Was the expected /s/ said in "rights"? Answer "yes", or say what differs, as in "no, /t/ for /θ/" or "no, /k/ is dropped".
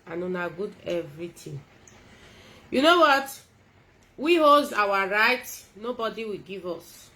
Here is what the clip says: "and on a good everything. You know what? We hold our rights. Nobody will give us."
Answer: no, /s/ is dropped